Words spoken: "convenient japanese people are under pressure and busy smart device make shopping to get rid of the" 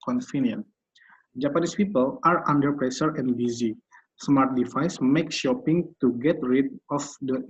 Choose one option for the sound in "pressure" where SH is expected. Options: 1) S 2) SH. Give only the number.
1